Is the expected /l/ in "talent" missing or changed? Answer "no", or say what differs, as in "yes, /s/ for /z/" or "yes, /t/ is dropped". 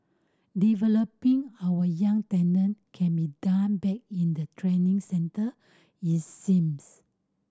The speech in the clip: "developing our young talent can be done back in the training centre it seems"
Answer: yes, /n/ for /l/